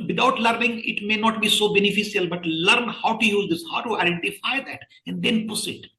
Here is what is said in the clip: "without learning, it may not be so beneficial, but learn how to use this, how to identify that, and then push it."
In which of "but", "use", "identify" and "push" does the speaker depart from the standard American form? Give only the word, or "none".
push